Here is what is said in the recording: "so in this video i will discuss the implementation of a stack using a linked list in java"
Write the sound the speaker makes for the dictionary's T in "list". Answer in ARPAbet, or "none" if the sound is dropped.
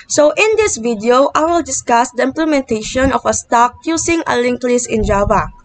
none